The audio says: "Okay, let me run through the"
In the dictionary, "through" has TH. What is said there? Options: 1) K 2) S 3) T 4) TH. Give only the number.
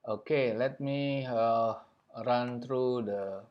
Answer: 3